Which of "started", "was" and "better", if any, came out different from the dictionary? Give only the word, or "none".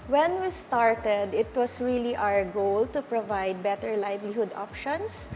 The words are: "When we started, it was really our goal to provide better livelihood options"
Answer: was